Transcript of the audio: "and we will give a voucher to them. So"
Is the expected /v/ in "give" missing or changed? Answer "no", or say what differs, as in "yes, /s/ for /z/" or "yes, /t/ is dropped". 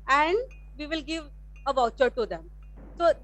no